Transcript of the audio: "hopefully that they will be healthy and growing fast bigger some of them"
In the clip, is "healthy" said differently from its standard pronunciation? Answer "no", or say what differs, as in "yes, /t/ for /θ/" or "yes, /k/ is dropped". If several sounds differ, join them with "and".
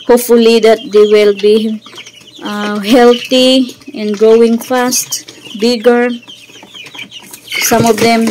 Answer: yes, /t/ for /θ/